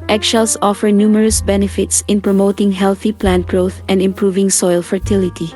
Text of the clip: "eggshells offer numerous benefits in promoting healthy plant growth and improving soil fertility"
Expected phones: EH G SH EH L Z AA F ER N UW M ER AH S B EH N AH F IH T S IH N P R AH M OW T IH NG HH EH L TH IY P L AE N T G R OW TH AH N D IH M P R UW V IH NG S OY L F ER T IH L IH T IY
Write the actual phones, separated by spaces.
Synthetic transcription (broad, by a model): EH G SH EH L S AA F ER N UW M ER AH S B EH N AH F IH T S IH N P R AH M OW T IH NG HH EH L TH IY P L AE N T G R OW TH AH N D IH M P R UW V IH NG S OY L F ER T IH L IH T IY